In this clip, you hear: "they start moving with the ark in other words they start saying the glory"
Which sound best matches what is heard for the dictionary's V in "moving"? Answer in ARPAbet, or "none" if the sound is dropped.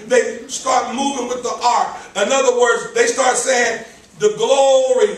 V